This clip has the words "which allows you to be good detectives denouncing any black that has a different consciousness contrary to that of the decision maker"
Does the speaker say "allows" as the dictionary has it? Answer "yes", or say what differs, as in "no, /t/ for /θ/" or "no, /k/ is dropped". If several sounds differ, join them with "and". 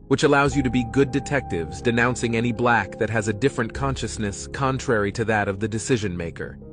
yes